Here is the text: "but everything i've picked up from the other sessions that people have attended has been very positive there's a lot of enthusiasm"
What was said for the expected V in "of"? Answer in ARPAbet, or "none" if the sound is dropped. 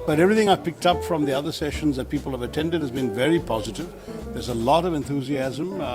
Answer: V